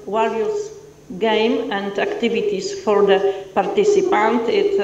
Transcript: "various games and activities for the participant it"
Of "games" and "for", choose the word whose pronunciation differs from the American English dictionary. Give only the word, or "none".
games